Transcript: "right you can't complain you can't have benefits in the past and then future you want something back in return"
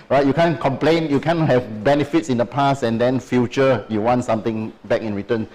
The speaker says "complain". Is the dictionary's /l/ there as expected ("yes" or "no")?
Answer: yes